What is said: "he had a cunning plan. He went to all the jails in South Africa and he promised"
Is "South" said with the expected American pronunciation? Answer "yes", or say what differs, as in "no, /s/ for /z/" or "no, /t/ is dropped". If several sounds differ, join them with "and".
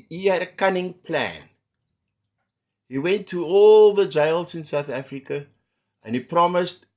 yes